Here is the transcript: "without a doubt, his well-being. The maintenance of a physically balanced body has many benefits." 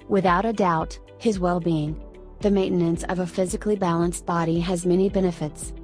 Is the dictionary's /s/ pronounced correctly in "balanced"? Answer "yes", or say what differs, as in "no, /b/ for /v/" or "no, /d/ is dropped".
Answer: yes